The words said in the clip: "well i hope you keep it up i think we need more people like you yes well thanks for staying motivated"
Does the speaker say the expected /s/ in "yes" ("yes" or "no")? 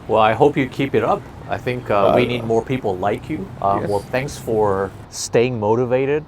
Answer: no